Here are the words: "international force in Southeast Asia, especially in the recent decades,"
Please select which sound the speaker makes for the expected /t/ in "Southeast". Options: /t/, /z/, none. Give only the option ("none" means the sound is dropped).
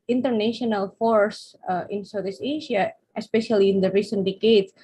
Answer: none